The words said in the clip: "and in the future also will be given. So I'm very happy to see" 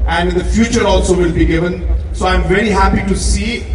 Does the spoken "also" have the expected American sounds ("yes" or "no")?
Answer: yes